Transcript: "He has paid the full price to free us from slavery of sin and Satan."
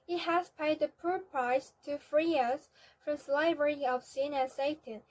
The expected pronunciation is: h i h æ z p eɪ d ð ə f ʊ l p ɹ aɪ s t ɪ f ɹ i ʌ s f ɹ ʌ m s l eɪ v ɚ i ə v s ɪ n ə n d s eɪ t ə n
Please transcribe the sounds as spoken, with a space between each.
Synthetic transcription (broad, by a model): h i h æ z p eɪ d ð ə p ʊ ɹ p ɹ aɪ s t ɪ f ɹ i ʌ s f ɹ ʌ m s l eɪ v ɚ i ə v s ɪ n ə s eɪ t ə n